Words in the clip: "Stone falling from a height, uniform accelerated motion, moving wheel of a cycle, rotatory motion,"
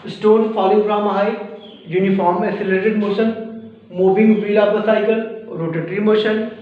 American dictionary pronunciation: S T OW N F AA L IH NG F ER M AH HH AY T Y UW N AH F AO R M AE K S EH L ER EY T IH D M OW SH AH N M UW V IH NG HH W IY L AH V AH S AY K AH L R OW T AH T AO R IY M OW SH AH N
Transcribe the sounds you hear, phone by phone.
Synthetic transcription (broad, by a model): S T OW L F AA L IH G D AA M AH HH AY Y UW N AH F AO R M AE S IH L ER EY T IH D M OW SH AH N M UW V IH NG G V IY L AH P AH S AY K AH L R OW T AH T R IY M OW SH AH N